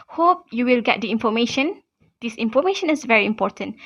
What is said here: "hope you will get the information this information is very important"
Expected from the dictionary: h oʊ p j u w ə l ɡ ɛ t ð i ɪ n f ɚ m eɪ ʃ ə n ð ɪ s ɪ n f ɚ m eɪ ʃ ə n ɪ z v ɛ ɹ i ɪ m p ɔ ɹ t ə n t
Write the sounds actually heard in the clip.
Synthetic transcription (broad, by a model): h oʊ p j u w ə l ɡ ɛ t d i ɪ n f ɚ m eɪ ʃ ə n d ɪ s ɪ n f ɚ m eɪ ʃ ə n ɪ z v ɛ ɹ i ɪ m p ɔ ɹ t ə n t